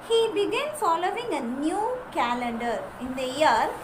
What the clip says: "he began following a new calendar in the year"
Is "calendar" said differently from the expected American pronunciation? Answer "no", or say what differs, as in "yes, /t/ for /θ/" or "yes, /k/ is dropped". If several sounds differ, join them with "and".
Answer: no